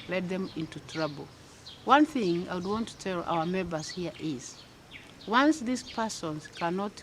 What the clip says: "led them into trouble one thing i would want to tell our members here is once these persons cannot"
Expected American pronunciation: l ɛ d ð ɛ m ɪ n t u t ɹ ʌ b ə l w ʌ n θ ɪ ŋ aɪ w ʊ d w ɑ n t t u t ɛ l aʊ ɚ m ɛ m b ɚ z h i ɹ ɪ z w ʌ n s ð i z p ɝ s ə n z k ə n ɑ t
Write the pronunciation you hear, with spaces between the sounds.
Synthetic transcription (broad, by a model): l ɛ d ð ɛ m ɪ n t u t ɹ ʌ b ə l w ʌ n θ ɪ ŋ aɪ w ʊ d w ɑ n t t u t ɛ l aʊ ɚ m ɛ m b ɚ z h i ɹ ɪ z w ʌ n s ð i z p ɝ s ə n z k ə n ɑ t